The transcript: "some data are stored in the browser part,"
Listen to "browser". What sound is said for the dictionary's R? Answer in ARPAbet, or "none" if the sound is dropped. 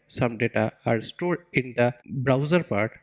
R